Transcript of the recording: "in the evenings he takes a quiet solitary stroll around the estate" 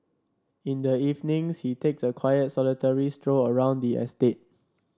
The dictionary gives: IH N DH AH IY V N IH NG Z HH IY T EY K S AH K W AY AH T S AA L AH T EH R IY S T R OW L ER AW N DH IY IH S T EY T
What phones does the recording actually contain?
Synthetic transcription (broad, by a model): IH N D AH IY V N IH NG S HH IY T EY K S AH K W AY AH T S AA L AH T EH R IY S T R OW ER AW N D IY IH S T EY T